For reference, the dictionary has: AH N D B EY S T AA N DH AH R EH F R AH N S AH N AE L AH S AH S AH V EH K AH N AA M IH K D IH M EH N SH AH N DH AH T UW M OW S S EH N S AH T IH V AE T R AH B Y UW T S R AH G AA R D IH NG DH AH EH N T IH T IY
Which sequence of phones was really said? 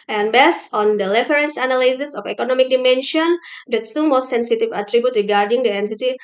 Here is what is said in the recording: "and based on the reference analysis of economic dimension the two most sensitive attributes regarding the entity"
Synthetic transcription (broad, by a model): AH N B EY S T AA N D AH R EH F R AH N S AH N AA L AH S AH S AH F EH K AH N AA M IH K D IH M EH N SH AH N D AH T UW M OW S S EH N S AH T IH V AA T R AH B Y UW T R AH G AA R D IH NG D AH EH N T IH T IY